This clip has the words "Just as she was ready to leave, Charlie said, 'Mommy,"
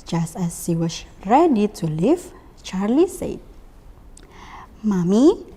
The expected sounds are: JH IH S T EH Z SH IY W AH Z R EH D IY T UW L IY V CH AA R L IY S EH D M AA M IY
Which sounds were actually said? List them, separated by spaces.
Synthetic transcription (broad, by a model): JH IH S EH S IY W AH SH R EH D IY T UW L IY F CH AA R L IY S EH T M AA M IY